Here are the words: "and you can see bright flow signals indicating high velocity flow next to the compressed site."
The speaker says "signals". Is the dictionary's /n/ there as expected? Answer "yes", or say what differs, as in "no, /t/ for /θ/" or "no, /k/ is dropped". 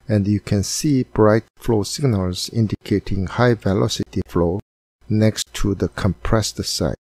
yes